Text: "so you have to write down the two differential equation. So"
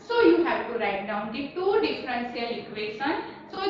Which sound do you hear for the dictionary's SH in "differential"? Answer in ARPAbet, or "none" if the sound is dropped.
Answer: S